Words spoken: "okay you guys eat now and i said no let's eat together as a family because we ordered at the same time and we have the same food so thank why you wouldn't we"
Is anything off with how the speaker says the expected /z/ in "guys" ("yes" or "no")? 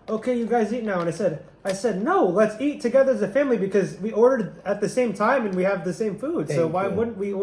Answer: no